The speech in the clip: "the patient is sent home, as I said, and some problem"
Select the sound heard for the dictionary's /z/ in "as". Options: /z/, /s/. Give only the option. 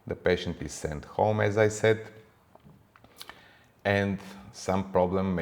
/z/